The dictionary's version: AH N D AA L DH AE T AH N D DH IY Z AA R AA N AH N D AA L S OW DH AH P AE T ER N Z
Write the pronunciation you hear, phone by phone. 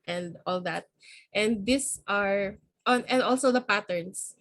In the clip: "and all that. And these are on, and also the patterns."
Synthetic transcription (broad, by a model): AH N D AA L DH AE T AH N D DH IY S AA R AA N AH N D AA L S OW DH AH P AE T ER N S